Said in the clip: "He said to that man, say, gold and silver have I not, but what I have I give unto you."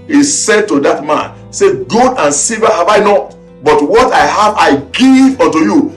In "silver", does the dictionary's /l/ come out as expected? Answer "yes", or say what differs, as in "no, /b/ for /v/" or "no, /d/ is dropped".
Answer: no, /l/ is dropped